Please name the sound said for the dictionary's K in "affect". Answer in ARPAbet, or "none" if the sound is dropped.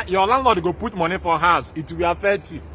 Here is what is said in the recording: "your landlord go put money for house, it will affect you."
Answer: none